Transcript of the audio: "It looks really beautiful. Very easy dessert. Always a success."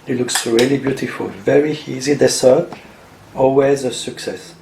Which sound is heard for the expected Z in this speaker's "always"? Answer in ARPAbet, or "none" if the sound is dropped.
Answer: Z